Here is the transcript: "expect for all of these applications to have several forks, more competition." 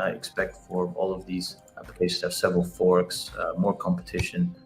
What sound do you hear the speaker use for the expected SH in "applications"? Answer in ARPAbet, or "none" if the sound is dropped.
none